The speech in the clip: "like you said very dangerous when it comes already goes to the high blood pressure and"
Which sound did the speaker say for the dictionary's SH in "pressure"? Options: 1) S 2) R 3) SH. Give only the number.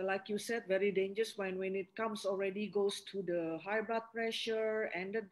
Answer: 3